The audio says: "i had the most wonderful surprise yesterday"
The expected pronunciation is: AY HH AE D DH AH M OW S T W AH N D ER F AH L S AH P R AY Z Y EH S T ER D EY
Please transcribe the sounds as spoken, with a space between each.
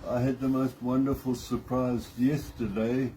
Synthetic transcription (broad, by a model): AY HH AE D DH AH M OW S T W AH N D ER F AH L S AH P R AY Z Y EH S T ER D EY